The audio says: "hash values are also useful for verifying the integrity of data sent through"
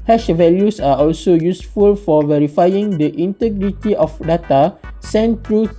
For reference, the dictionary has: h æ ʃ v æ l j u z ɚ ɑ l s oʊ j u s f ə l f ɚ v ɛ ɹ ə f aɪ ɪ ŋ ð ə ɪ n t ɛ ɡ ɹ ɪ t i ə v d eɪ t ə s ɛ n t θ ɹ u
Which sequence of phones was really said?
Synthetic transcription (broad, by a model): h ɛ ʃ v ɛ l j u s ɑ ɑ l s oʊ j u s f ə l f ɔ v ɛ ɹ ə f aɪ ɪ ŋ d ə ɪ n t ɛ ɡ ɹ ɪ t i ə f d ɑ t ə s ɛ n t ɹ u